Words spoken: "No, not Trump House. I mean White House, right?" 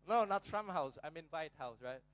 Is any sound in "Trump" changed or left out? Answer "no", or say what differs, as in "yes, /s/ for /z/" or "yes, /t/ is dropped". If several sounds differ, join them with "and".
yes, /s/ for /t/